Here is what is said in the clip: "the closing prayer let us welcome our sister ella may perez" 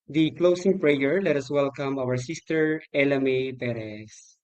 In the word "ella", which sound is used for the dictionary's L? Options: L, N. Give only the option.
L